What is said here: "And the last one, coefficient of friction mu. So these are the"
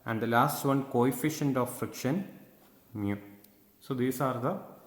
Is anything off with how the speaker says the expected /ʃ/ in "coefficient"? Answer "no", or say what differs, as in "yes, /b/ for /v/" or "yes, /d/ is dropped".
no